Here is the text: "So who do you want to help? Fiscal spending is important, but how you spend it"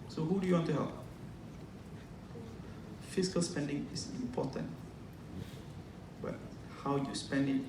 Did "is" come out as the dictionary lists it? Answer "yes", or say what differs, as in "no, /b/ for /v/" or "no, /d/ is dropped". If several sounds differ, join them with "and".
no, /s/ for /z/